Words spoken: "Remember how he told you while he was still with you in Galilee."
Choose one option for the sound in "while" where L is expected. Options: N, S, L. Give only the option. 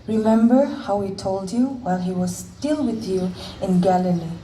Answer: L